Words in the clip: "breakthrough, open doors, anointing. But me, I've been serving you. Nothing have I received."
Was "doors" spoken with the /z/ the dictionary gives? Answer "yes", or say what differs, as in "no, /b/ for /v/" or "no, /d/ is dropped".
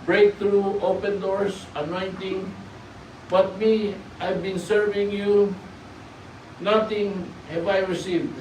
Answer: no, /s/ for /z/